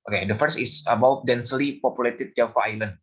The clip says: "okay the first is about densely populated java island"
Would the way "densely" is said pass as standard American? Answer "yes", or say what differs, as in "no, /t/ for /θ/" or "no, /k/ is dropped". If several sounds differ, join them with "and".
yes